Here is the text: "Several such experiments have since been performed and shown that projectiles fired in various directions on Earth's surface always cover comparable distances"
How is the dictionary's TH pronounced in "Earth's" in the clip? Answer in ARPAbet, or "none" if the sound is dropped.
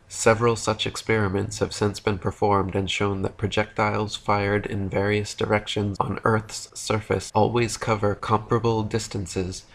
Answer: TH